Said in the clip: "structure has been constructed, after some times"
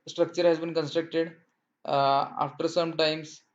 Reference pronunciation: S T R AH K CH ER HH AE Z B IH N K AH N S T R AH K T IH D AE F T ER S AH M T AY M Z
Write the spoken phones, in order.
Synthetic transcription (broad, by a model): S T R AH K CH ER HH AE Z B IH N K AH N S T R AH K T IH D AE F T ER S AH M T AY M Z